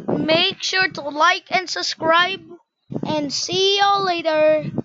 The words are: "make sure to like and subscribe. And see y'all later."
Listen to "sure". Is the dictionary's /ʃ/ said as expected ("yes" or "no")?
yes